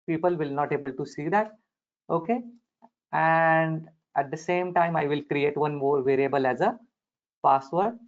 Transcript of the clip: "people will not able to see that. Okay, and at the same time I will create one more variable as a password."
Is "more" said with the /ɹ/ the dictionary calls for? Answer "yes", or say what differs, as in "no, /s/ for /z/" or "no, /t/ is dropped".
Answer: yes